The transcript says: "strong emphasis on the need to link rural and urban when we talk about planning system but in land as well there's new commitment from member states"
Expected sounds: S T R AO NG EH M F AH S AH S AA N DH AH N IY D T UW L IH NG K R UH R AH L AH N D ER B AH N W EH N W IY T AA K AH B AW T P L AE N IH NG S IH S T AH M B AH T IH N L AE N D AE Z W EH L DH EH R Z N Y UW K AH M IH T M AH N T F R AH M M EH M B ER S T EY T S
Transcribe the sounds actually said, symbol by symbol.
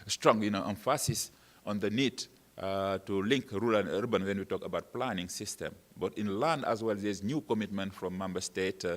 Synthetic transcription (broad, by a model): S T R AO NG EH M F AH S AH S AA N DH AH N IY D T UW L IH NG K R R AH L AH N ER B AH N W EH N W IY T AA K AH B AW T P L AE N IH NG S IH S T AH M B AH T IH N L AE N D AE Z W EH L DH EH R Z N Y UW K AH M IH T M AH N T F R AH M M EH M B ER S T EY T